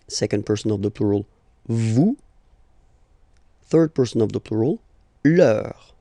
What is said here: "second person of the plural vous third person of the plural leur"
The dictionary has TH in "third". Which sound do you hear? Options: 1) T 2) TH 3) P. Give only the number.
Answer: 2